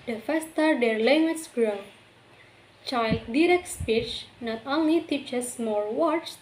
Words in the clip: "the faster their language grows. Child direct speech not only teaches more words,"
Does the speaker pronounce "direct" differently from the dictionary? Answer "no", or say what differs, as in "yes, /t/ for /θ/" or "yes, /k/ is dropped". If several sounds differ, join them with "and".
no